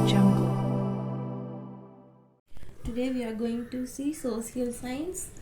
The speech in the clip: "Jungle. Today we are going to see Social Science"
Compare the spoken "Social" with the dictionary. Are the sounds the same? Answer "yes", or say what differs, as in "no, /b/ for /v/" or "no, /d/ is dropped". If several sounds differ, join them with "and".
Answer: no, /s/ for /ʃ/